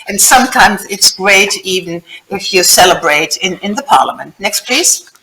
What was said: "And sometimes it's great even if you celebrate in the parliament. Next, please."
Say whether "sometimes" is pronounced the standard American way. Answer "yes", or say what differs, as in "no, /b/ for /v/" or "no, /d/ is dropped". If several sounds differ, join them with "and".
yes